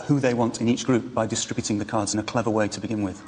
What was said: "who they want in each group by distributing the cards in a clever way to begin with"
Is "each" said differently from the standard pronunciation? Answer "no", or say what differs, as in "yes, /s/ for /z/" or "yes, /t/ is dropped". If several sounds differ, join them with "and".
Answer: no